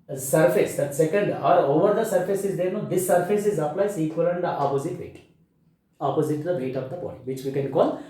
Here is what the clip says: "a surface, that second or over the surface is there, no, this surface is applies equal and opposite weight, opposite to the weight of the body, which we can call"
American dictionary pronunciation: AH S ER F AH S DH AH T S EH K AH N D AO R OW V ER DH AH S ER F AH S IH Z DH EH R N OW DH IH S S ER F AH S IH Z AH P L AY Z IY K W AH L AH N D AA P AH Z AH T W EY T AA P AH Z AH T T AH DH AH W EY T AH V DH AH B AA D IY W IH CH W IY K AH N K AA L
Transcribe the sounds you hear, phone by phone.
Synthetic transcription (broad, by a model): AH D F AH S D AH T S EH K AH N D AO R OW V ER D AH S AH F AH S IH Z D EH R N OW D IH S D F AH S IH Z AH P L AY S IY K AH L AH N D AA P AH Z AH T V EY T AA P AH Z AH T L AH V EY T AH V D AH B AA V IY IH CH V IY K AH N K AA L